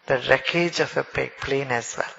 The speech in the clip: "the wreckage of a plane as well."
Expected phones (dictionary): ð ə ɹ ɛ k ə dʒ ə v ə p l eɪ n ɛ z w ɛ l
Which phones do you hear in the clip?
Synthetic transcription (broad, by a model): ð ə ɹ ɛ k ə dʒ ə p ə p l eɪ n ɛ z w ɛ l